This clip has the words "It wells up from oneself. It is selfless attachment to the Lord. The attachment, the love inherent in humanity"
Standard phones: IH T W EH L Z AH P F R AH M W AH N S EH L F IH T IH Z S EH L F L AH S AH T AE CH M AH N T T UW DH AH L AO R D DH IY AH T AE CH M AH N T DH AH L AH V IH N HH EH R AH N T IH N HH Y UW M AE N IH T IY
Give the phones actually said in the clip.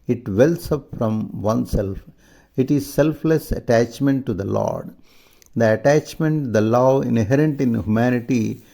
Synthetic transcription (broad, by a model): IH T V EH L S AH P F R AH M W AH N S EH L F IH T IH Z S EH L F L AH S AH T AE CH M AH N T T UW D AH L AO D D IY AH T AE CH M AH N T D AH L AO IH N HH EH R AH N T IH N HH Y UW M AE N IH T IY